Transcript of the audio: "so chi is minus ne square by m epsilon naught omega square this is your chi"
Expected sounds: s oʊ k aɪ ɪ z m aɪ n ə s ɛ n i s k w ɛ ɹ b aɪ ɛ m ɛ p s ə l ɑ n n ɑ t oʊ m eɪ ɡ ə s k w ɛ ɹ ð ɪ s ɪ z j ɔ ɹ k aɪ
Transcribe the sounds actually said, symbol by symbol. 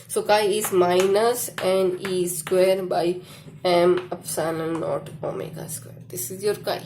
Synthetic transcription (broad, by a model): s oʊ k aɪ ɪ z m aɪ n ə s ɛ n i s k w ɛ ɹ b aɪ ɛ m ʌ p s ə n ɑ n n ɑ t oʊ m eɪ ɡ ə s k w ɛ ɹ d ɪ s ɪ z j ɔ ɹ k aɪ